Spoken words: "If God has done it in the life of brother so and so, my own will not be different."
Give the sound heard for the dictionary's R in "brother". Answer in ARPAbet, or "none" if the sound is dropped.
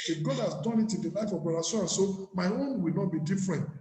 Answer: none